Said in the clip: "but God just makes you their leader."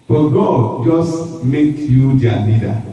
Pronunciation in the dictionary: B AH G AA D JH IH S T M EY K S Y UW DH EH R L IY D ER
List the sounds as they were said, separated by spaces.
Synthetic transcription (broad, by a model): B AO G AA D JH IH S T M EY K Y UW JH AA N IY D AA